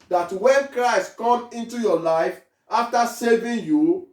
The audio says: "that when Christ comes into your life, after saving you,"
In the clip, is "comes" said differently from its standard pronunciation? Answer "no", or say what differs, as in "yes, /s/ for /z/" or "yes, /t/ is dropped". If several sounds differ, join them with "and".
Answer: yes, /z/ is dropped